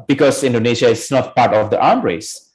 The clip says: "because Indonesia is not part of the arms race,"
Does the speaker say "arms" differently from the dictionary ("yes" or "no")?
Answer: yes